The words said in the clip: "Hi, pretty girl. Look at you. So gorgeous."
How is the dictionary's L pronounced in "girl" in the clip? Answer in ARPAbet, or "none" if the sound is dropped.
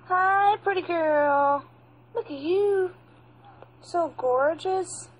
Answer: L